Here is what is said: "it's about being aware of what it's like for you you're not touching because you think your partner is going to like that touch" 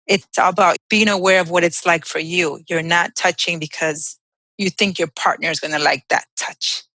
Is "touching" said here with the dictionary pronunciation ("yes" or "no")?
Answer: yes